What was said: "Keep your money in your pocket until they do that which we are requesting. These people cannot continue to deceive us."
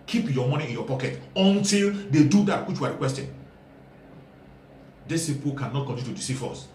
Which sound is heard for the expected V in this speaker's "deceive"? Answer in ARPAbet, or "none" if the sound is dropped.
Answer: F